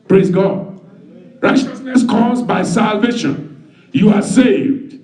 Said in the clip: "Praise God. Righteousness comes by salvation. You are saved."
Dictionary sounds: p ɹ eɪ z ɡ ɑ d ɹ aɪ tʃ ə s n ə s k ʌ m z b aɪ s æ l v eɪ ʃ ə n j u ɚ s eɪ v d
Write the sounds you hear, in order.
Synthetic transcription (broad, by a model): p ɹ eɪ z ɡ ɑ d ɹ aɪ tʃ ə s n ə s k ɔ z b aɪ s æ l v eɪ ʃ ə n j u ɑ s eɪ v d